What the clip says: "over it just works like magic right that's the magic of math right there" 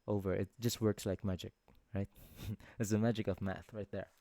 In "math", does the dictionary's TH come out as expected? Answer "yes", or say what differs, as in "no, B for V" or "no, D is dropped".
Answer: yes